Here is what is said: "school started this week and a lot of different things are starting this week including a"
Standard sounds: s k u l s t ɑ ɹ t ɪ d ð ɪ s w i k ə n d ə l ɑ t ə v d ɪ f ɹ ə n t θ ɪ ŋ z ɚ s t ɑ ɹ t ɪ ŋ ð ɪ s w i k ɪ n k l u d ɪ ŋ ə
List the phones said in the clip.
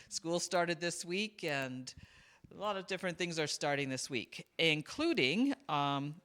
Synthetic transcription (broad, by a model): s k u l s t ɑ ɹ t ɪ d ð ɪ s w i k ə n ə l ɑ t ə v d ɪ f ɹ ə n θ ɪ ŋ z ɚ s t ɑ ɹ t ɪ ŋ ð ɪ s w i k ɪ n k l u d ɪ ŋ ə